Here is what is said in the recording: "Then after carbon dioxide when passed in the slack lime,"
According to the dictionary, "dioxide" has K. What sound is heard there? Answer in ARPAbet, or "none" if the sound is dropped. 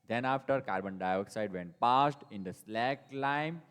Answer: K